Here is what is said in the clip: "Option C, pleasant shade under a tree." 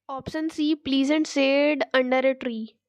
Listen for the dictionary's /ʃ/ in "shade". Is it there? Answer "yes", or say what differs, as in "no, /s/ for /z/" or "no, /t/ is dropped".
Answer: no, /s/ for /ʃ/